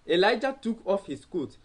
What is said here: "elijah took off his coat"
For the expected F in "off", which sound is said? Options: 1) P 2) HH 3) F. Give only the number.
3